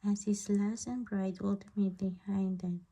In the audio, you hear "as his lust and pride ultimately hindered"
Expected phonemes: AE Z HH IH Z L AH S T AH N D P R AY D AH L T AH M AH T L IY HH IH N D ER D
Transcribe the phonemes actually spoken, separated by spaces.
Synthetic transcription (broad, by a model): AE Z HH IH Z L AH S AH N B R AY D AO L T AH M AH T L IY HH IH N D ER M